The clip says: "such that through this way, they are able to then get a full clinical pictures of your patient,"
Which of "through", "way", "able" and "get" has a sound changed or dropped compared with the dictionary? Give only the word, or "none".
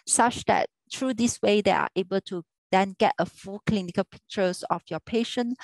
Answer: through